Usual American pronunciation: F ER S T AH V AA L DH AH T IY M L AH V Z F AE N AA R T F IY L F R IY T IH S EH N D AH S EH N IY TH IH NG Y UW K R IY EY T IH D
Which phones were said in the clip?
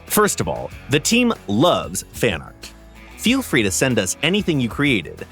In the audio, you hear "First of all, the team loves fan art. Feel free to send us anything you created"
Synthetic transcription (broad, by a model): F ER S T AH V AA L DH AH T IY M L AH V Z F AE N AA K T F IY L F R IY T IH S EH N D AH S EH N IY TH IH NG Y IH K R IY EY T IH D